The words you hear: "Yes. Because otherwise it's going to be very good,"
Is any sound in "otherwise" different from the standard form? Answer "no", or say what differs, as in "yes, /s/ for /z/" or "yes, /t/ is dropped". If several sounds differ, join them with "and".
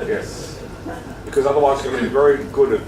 yes, /z/ is dropped